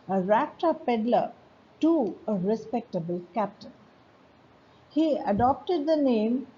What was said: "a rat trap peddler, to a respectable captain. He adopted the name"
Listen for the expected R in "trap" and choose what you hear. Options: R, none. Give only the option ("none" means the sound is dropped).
none